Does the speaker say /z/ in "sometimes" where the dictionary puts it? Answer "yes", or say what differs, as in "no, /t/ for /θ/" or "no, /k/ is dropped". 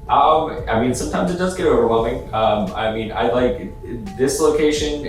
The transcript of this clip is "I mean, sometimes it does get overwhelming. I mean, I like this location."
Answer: yes